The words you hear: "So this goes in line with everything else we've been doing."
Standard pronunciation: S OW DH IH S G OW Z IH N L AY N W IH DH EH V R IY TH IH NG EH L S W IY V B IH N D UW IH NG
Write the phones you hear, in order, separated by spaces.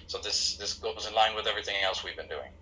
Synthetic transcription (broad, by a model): S OW DH IH S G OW Z IH N L AY N W IH DH EH V R IY TH IH NG EH L S W IY V B IH N D UW IH NG